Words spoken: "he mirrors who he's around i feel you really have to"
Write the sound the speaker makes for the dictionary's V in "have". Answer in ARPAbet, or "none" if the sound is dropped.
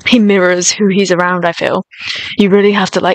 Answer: F